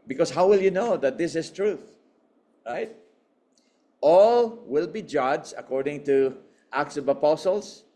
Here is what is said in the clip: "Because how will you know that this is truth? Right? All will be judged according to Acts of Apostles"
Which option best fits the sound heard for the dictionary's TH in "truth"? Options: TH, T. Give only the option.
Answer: TH